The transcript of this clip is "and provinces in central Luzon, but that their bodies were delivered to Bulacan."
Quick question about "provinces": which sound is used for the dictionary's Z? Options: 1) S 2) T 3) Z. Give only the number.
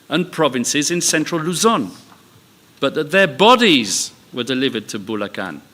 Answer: 3